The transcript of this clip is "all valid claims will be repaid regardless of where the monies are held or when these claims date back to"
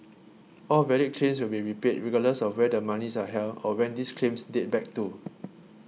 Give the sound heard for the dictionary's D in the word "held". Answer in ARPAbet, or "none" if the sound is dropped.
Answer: none